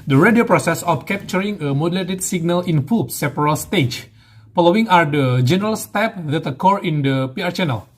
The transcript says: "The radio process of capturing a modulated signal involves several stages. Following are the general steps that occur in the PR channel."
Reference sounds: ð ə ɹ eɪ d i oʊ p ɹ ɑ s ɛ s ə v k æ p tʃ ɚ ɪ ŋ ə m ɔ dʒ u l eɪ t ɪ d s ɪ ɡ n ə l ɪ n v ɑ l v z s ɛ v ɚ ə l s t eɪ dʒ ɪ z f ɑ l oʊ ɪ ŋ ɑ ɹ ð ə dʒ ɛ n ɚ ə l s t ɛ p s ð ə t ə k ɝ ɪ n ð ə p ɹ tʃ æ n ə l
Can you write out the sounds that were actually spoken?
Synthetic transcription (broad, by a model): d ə ɹ eɪ d i oʊ p ɹ ɑ s ɛ s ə f k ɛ p tʃ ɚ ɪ ŋ ə m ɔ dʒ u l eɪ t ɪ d s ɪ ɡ n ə l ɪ n f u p s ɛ p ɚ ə l s t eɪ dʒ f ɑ l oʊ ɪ ŋ ɑ ɹ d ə dʒ ɛ n ɚ ə l s t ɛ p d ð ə t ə k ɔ ɪ n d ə p ɹ tʃ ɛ n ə l